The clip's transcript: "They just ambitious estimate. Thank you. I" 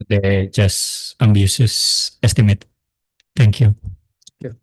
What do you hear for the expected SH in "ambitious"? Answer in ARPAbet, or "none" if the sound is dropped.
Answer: S